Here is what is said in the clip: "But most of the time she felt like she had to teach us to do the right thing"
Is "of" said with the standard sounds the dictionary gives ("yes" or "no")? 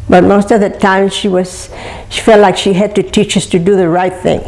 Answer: yes